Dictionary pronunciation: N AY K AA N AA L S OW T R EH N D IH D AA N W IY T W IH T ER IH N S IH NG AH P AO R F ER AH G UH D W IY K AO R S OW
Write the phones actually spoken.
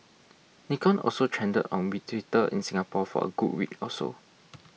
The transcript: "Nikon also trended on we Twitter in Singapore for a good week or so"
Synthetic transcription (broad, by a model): N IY K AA N AA L S OW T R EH N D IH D AA N W IY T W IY T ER IH N S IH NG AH P AO F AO AH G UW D W IY K AO L S OW